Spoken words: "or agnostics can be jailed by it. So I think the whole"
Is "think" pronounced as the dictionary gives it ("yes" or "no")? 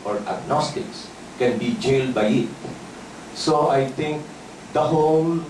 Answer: no